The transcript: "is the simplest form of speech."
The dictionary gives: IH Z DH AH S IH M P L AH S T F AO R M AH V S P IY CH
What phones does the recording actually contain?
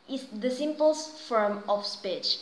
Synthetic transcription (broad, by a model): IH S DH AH S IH M P AH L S F AO R M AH F S P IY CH